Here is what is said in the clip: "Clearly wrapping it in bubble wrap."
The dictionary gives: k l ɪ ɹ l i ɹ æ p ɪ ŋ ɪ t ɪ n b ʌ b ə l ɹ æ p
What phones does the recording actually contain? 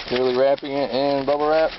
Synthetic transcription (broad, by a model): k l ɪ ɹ l i ɹ æ p ɪ ŋ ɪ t ɪ n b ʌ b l ɹ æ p